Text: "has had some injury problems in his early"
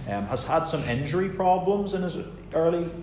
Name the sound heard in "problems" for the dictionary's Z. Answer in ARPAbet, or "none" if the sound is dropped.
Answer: Z